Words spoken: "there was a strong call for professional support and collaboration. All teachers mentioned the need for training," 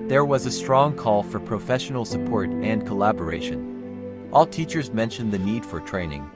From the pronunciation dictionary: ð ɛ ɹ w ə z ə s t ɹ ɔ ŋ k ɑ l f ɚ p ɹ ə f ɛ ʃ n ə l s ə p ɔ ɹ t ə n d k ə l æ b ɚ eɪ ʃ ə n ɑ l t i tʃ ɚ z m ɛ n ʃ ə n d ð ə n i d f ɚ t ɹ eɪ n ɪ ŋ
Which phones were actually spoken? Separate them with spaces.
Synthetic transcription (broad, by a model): ð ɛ ɹ w ə z ə s t ɹ ɔ ŋ k ɑ l f ɚ p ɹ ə f ɛ ʃ n l s ə p ɔ ɹ t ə n k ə l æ b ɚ eɪ ʃ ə n ɑ l t i tʃ ɚ z m ɛ n ʃ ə n ð ə n i d f ɚ t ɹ eɪ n ɪ ŋ